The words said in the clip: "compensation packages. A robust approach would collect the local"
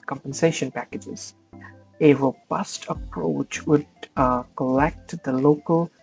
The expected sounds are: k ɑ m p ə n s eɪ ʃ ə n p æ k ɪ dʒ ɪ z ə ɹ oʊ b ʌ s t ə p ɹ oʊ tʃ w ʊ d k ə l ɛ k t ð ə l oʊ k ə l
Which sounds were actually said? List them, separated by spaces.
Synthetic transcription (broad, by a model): k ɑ m p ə n s eɪ ʃ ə n p æ k ɪ dʒ ɪ z ə ɹ oʊ b ʌ s t ə p ɹ oʊ tʃ w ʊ d k ə l ɛ k t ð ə l oʊ k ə l